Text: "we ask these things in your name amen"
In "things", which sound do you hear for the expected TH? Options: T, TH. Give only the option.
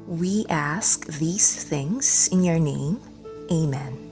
TH